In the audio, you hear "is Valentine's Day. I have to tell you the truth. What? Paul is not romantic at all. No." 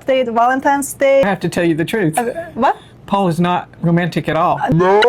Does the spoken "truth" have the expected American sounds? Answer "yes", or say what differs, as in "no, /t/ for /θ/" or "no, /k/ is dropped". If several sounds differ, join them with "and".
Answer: yes